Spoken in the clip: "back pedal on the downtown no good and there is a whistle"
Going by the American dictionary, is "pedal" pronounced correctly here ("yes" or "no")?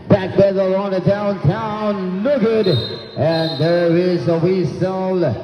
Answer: no